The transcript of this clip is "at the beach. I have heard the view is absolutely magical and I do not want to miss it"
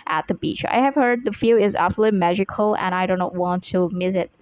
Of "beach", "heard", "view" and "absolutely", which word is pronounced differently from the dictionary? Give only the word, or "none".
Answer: view